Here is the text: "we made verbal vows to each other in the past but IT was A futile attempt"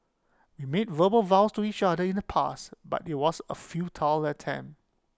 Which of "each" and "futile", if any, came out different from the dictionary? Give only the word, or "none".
none